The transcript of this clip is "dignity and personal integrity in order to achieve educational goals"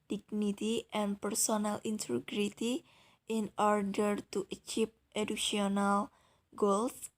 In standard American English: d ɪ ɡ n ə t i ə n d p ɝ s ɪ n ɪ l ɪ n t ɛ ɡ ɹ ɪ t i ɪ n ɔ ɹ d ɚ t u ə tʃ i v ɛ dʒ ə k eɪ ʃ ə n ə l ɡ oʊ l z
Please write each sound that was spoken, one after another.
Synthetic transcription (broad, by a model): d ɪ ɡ n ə t i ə n p ɝ s ɪ n ɪ l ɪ n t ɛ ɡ ɹ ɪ t i ɪ n ɔ ɹ d ɚ t u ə tʃ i p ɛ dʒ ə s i ə n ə l ɡ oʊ l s